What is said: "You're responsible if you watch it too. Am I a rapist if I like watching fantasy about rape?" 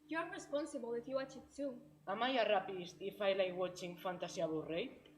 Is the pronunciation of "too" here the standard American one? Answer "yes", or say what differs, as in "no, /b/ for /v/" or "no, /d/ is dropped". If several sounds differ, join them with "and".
no, /s/ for /t/